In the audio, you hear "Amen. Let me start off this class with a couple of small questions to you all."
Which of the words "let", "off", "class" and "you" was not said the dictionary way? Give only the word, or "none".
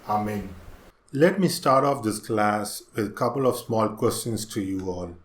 none